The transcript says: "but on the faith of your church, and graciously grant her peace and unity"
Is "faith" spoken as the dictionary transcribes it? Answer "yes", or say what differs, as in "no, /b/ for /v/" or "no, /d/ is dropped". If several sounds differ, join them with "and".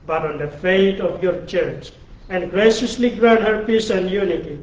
no, /t/ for /θ/